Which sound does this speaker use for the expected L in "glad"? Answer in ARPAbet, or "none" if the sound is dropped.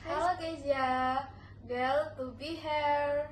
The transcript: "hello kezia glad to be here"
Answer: none